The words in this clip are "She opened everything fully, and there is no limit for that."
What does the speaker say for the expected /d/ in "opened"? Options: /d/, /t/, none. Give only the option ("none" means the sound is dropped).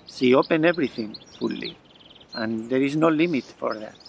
none